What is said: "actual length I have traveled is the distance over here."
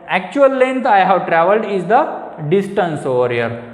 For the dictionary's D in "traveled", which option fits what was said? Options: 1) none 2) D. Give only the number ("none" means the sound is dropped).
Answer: 2